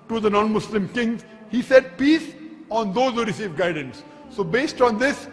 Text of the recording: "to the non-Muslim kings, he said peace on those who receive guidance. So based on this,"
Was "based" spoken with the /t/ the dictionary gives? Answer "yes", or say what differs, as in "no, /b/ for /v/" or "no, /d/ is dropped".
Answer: yes